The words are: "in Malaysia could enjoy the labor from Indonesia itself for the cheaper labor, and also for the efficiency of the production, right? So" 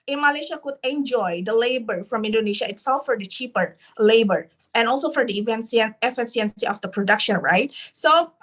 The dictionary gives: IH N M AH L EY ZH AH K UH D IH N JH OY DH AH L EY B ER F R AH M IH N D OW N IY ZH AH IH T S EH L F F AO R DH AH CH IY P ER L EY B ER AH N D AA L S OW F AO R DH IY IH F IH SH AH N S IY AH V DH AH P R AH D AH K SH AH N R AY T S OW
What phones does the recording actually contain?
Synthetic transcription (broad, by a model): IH N M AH L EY SH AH K UH D IH N JH OY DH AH L EY B ER F R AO M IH N D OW N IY SH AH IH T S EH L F F AO R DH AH CH IY P ER L EY B ER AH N AA L S OW F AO R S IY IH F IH S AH N S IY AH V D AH P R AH D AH K SH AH N R AY T S OW